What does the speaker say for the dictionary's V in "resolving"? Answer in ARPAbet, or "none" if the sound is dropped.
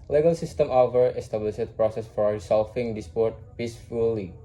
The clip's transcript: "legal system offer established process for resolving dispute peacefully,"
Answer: F